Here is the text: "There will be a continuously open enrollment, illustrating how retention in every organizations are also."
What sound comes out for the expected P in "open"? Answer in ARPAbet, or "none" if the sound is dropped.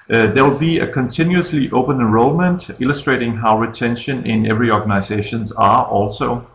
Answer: none